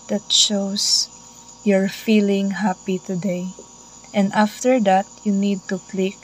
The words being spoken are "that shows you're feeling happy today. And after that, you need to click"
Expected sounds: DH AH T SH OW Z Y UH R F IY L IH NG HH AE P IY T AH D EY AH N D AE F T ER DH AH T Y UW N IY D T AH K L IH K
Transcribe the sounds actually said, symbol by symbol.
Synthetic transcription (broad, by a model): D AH T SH OW S Y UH R F IY L IH NG HH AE P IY T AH D EY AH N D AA F T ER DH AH T Y UW N IY D T AH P L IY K